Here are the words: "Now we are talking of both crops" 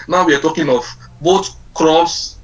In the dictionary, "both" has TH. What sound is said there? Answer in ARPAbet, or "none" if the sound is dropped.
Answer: T